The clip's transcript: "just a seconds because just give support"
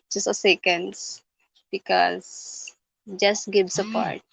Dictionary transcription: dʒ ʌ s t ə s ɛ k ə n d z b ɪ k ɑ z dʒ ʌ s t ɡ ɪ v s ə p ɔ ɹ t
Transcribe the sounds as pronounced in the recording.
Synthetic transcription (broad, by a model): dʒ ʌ s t ə s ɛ k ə n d s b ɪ k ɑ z dʒ ʌ s t ɡ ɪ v s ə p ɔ ɹ t